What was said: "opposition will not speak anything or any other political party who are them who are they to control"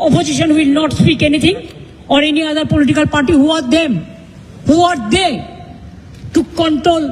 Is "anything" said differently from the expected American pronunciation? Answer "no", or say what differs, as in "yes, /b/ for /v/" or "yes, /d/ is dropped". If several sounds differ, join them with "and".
yes, /t/ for /θ/